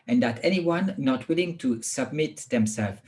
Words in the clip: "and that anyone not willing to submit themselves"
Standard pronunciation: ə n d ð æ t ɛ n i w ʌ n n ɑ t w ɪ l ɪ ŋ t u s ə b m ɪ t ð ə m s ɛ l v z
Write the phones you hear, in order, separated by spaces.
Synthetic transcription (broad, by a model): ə n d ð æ t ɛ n i w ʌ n n ɑ t w ɪ l ɪ ŋ t u s ə b m ɪ t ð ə m s ɛ l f